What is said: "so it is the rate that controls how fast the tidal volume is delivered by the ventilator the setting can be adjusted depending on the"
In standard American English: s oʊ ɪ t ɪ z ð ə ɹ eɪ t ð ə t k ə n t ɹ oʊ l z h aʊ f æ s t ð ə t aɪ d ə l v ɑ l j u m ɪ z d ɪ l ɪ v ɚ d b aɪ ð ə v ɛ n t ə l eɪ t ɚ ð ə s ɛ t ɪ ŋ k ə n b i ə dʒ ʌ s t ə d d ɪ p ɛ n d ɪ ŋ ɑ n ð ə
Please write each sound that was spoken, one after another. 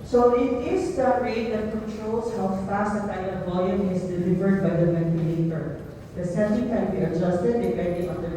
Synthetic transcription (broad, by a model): s oʊ ɪ t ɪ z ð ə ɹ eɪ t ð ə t k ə n t ɹ oʊ l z h aʊ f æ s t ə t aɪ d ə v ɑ j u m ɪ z d ɪ l ɪ v ɚ d b aɪ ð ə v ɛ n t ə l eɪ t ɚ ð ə s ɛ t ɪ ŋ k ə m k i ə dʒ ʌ s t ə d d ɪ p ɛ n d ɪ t ɑ n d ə